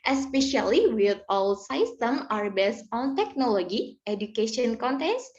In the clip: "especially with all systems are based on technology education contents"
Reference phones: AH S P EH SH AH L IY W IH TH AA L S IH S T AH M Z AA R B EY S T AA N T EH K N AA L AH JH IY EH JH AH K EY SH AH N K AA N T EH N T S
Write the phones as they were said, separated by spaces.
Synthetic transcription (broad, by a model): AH S P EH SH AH L IY W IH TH AA L S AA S T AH M AA R B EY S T AA N T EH K N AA L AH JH IY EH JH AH K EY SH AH N K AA N T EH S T